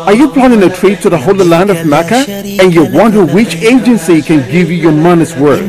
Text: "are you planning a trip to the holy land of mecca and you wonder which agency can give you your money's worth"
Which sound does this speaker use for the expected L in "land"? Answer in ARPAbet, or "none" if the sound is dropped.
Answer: L